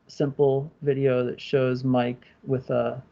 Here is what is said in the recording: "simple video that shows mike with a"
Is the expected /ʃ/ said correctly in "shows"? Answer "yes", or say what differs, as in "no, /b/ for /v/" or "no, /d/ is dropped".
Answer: yes